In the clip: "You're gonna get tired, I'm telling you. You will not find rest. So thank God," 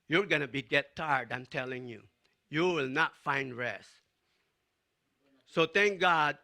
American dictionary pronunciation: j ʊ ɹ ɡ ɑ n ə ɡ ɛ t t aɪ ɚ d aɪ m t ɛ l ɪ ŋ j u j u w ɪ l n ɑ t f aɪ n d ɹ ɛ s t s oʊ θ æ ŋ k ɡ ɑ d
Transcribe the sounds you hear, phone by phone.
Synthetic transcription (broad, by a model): j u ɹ ɡ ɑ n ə ɡ ɛ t t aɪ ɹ d aɪ m t ɛ l ɪ ŋ j u j u w ɪ l n ɑ t f aɪ n d ɹ ɛ s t s oʊ t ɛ ŋ k ɡ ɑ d